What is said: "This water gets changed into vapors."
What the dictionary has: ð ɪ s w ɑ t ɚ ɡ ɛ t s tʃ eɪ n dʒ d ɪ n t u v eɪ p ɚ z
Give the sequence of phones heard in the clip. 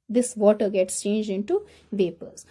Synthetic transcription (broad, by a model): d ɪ s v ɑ t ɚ ɡ ɛ t s tʃ eɪ n dʒ d ɪ n t u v eɪ p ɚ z